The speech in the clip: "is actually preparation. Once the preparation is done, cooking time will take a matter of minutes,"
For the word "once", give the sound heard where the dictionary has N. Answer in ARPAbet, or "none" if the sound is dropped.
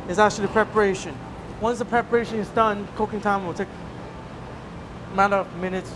N